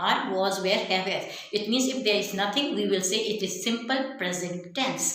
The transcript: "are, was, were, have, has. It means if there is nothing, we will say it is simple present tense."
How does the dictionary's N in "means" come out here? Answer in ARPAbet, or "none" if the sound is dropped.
N